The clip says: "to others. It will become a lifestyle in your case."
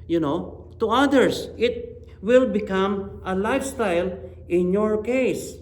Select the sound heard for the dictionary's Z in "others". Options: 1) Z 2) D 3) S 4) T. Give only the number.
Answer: 3